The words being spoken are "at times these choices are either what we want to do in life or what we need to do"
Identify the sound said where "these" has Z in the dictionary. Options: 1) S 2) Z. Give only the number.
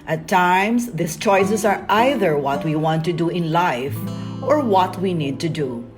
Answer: 1